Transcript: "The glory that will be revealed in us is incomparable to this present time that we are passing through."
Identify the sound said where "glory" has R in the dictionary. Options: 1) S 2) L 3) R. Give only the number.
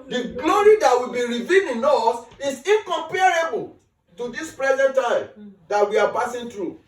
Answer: 3